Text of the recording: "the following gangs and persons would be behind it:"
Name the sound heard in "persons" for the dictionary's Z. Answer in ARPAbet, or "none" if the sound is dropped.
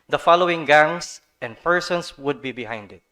S